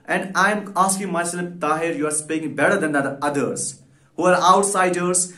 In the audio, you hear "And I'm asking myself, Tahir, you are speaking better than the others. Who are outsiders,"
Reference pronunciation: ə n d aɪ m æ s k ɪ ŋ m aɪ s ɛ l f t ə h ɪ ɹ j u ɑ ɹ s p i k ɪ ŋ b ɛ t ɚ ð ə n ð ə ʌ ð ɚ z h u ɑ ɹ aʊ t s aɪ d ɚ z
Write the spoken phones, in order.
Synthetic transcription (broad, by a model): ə n d aɪ m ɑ s k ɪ ŋ m aɪ s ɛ l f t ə h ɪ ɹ j u ɑ ɹ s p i ɪ ŋ b ɛ t ɚ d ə n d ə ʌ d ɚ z h u ɑ ɹ aʊ t s aɪ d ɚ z